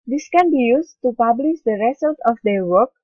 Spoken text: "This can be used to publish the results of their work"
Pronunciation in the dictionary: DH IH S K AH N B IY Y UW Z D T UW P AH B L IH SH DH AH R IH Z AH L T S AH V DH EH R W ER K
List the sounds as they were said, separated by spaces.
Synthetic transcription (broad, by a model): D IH S K AH N B IY Y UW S T UW P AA B L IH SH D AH R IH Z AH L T AH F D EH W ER K